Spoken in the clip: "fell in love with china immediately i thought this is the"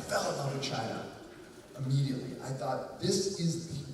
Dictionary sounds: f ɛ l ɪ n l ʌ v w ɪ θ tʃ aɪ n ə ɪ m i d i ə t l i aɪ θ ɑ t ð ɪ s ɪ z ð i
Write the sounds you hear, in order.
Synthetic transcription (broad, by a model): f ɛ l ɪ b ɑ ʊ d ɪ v tʃ aɪ n ə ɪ m i d i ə t l i aɪ θ ɑ t ð ɪ s ɪ z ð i